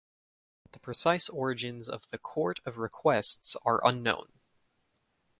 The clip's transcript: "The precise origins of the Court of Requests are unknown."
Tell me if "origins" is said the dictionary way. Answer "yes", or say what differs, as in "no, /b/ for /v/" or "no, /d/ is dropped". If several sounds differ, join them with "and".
yes